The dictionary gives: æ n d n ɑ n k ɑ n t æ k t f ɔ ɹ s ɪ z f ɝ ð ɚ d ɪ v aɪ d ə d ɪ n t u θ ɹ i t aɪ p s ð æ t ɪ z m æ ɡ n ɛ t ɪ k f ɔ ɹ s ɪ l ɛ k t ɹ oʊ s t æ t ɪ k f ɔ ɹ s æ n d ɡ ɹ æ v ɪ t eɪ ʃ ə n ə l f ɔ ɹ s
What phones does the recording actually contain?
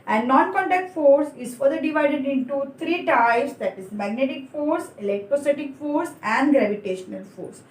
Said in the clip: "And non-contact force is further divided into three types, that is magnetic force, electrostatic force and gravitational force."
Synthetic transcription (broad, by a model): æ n d n ɑ n k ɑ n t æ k t f ɔ ɹ s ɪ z f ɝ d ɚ d ɪ v aɪ d ə d ɪ n t u t ɹ i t aɪ s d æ t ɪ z m æ ɡ n ɛ t ɪ k f ɔ ɹ s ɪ l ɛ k t ɹ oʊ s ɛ t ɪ k f ɔ ɹ s æ n d ɡ ɹ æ v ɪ t eɪ ʃ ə n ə l f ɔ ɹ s